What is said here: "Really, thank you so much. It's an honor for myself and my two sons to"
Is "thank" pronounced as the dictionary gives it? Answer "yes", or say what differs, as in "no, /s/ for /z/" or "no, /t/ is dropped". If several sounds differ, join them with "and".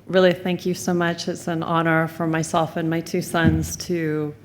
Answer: yes